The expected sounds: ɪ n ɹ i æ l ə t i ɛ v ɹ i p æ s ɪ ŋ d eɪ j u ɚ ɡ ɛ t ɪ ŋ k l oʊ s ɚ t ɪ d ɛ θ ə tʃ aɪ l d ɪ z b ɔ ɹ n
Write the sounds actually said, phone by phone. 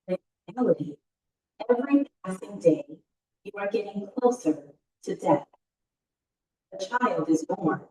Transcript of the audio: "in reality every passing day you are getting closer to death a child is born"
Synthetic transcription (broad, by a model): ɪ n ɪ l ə t i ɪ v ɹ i p æ s ɪ ŋ d eɪ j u ɚ ɡ ɛ t ɪ ŋ k l oʊ s ɚ t ɪ d ɛ θ ə tʃ aɪ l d ɪ z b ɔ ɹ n